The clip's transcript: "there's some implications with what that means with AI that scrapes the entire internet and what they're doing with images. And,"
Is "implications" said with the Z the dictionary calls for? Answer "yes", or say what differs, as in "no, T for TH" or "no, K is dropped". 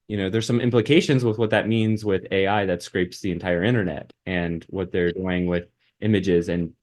yes